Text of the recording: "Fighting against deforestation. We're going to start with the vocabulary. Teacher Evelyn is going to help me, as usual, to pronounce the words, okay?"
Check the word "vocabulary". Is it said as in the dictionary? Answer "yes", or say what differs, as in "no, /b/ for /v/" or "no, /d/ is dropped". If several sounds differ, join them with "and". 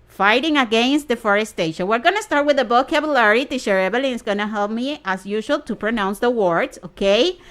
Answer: no, /b/ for /v/